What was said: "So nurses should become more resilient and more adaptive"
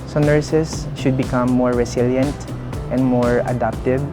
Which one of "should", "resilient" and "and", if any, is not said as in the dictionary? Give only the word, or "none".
resilient